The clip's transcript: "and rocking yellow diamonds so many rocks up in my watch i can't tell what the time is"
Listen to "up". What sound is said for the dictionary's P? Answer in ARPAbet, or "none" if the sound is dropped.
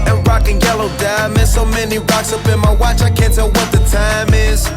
B